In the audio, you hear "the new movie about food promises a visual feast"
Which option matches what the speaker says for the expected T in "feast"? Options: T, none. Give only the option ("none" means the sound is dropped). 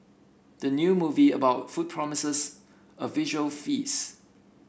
none